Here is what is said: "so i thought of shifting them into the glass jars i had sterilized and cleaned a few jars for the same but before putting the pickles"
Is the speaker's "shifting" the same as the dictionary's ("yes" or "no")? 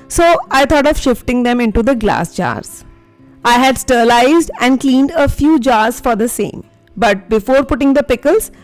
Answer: yes